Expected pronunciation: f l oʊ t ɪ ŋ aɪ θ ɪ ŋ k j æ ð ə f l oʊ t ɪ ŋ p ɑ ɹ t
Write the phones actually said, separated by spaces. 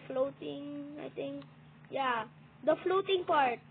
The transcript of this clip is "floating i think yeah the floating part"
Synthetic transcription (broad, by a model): f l oʊ t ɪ ŋ aɪ t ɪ ŋ k j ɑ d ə f l oʊ t ɪ ŋ p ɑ ɹ t